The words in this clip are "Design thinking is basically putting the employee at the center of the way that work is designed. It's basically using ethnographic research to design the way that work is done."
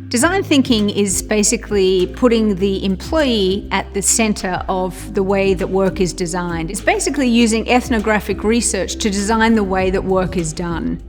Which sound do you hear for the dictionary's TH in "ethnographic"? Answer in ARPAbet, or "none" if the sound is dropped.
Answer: TH